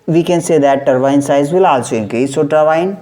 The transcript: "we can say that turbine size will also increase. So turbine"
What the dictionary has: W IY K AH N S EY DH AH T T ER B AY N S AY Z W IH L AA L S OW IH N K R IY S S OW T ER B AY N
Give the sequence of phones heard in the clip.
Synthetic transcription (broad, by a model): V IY K AH N S EY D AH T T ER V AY N S AY Z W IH L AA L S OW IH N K IY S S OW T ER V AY N